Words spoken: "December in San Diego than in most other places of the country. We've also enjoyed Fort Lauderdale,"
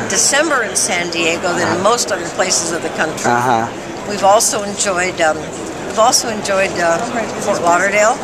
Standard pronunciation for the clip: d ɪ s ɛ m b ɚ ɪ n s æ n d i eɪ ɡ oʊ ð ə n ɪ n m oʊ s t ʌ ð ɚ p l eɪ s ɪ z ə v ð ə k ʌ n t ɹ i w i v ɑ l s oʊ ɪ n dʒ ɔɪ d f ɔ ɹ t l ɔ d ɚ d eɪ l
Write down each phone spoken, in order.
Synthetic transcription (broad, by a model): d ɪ s ɛ m b ɚ ɪ n s æ n d i eɪ ɡ oʊ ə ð ɪ n m oʊ s t ʌ ð ɚ p l eɪ s ɪ z ə v ð ə k ʌ n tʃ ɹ i w i v ɑ l s oʊ ɪ n dʒ ɔɪ d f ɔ ɹ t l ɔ d ɚ d eɪ l